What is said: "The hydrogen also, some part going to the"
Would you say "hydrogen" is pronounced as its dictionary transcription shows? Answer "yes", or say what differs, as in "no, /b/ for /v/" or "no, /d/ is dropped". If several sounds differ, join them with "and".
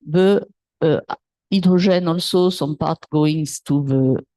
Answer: no, /ʒ/ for /dʒ/